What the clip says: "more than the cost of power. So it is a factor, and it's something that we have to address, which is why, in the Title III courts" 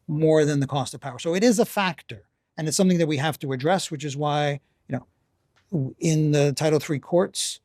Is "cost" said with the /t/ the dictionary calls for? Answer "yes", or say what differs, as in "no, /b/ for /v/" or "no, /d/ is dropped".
yes